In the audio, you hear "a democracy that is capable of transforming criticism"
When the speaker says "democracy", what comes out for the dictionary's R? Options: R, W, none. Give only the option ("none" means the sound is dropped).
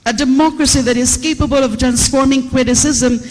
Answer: R